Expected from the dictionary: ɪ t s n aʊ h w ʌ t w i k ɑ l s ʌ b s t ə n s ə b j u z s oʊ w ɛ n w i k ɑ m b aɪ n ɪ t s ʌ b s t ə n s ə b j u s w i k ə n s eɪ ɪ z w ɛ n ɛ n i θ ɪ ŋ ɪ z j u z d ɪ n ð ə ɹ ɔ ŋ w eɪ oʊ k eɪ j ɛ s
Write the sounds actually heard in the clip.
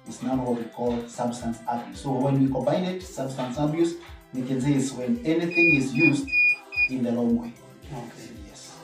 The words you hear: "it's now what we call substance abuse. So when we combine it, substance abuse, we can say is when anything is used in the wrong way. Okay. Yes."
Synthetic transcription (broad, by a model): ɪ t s n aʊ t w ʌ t w i k ɑ l s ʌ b s t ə n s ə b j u s oʊ w ɛ n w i k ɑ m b aɪ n ɪ t s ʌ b s t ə n s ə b j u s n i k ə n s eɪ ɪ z w ɛ n ɛ n i θ ɪ ŋ ɪ z j u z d ɪ n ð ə l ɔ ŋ w eɪ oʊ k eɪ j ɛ s